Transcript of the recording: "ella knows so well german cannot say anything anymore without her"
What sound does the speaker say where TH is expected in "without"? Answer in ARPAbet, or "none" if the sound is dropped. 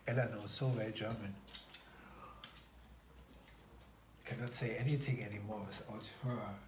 S